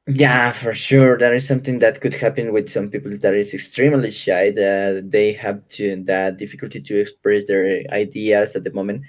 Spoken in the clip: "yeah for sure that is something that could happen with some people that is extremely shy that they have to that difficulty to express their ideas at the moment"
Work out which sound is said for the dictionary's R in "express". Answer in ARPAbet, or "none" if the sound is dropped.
R